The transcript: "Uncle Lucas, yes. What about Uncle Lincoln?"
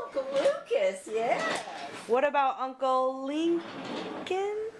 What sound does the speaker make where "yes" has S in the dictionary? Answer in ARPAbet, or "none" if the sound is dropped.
none